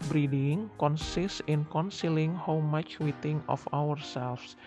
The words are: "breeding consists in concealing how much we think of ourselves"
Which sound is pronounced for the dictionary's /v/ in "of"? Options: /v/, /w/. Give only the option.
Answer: /w/